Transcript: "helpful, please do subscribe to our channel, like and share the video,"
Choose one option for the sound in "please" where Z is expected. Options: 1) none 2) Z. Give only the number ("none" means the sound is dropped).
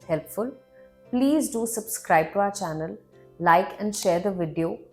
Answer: 2